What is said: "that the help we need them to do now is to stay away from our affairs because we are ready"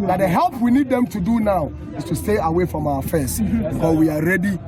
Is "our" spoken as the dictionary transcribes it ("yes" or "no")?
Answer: no